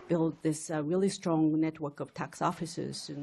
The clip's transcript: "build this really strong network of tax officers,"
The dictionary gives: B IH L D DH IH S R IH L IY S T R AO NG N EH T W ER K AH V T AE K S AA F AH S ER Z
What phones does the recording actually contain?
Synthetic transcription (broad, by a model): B IH L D DH IH S R IH L IY S T R AO NG N EH T W ER K AH V T AE K S AA F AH S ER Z